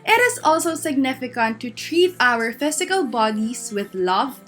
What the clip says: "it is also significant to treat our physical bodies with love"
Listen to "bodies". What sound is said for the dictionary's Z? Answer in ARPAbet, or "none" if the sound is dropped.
S